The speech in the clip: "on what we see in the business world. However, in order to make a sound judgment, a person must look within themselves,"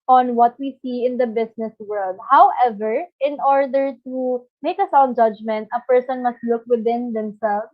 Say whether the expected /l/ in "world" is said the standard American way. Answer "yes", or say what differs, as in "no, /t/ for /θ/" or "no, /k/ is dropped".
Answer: yes